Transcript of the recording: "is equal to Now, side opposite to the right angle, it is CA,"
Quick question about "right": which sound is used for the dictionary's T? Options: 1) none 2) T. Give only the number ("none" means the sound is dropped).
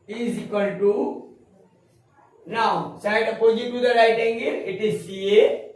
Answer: 2